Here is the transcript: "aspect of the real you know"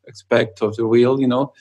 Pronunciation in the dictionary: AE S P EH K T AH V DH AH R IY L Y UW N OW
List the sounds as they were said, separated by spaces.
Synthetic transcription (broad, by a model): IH S P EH K T AH V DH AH W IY L Y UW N OW